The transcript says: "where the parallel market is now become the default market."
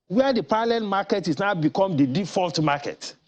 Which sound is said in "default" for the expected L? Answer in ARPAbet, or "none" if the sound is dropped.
L